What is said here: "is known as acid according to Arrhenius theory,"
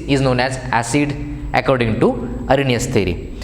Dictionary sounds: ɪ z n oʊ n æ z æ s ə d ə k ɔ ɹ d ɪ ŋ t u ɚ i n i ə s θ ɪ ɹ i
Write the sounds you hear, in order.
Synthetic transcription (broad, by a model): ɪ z n oʊ n æ z æ s ə d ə k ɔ ɹ d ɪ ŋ t u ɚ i n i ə s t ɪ ɹ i